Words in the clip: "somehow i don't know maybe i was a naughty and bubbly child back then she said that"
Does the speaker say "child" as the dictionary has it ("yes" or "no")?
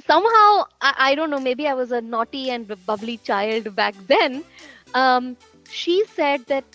yes